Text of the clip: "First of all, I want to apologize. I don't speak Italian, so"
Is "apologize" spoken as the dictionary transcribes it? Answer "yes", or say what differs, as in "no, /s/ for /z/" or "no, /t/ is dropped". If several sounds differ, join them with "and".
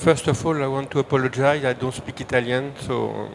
yes